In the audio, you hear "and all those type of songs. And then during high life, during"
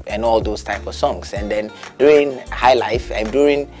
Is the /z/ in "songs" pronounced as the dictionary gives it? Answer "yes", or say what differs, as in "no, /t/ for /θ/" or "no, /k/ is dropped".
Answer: no, /s/ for /z/